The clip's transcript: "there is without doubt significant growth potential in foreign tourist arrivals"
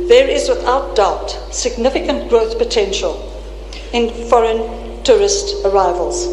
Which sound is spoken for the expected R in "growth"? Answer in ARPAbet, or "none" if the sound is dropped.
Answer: R